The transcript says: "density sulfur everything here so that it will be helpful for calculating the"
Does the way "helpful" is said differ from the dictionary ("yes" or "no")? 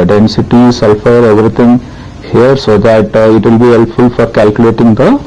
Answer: no